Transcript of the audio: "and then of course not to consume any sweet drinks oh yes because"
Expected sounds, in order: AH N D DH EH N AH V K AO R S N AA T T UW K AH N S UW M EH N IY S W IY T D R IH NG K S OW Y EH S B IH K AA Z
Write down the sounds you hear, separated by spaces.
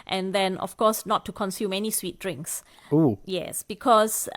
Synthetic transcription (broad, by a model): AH N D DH EH N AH F K AO S N AA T T UW K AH N S UW M EH N IY S W IY T D R IH NG K S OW Y EH S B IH K AA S